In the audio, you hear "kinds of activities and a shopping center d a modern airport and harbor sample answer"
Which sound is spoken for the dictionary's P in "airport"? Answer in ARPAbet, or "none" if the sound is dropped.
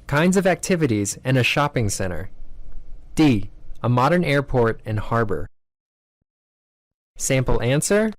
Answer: P